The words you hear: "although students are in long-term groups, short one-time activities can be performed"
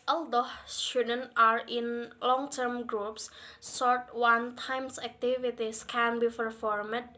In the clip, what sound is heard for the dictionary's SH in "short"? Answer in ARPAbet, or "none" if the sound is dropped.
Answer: S